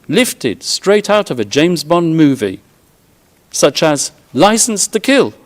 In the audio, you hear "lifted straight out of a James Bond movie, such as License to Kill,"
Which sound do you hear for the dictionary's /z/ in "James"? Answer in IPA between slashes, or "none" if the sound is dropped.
/z/